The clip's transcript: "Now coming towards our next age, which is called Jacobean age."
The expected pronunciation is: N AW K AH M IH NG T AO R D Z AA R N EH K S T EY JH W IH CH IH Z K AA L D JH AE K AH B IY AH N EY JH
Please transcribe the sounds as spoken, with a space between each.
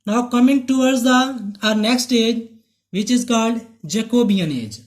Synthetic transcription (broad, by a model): N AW K AH M IH NG T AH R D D AA R N EH K S T EY JH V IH CH IH Z K AA L D JH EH K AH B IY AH N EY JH